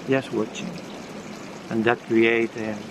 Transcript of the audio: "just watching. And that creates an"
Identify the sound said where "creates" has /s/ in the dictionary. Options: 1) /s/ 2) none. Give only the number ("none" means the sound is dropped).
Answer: 2